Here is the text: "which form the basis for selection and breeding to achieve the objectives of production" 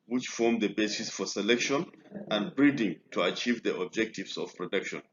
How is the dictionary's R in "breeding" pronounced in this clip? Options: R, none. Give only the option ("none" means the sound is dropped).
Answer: R